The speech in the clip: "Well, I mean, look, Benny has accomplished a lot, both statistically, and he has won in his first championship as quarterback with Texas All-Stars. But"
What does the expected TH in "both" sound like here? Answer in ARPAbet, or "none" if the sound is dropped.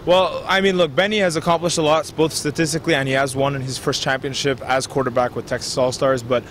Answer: TH